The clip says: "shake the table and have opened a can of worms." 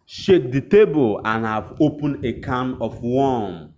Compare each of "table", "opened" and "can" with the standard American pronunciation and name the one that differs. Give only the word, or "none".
opened